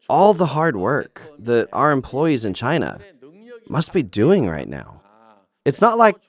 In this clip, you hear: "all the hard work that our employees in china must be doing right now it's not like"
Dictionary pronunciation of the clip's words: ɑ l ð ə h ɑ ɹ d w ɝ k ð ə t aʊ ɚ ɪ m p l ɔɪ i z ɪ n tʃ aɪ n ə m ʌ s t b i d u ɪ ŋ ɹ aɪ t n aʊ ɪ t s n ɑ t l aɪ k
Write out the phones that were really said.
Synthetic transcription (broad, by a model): ɑ l ð ə h ɑ ɹ d w ɝ k ð ə t aʊ ɚ ɪ m p l ɔɪ i z ɪ n tʃ aɪ n ə m ʌ s t b i d u ɪ ŋ ɹ aɪ t n aʊ ɪ t s n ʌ t l aɪ k